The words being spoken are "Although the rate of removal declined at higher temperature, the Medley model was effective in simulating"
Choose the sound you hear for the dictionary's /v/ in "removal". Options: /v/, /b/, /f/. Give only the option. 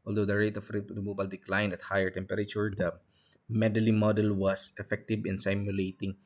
/b/